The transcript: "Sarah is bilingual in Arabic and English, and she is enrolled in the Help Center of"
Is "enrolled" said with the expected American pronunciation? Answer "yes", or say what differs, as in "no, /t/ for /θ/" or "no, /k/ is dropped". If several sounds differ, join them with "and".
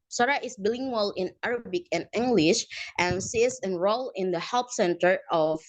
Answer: no, /d/ is dropped